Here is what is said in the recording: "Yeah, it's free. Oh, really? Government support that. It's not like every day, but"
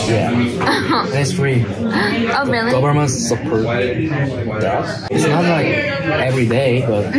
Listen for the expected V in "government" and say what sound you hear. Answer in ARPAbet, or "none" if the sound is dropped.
B